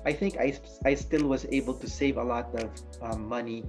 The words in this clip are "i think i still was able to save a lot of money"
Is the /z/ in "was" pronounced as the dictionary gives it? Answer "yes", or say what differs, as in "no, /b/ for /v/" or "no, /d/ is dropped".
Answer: yes